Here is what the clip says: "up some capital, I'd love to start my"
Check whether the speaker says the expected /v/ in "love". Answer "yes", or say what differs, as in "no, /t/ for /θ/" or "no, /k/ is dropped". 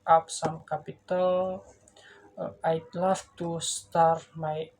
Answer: no, /f/ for /v/